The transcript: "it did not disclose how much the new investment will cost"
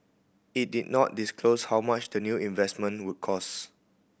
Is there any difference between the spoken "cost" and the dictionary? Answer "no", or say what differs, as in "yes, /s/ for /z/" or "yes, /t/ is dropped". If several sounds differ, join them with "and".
yes, /t/ is dropped